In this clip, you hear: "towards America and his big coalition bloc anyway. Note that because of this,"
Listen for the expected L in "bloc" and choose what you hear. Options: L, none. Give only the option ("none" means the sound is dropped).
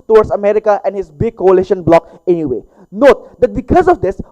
L